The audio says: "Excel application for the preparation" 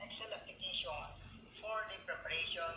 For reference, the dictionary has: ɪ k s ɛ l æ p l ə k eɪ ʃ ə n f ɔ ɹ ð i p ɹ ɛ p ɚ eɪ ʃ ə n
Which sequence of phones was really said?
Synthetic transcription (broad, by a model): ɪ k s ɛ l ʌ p ə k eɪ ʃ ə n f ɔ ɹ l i p ɹ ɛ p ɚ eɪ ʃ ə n